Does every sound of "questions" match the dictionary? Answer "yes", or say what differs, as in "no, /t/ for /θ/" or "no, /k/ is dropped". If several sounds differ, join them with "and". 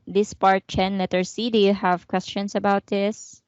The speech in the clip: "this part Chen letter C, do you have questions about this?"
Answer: no, /s/ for /z/